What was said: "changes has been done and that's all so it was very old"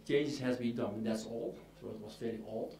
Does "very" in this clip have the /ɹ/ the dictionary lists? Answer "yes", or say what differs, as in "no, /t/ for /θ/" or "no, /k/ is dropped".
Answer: no, /l/ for /ɹ/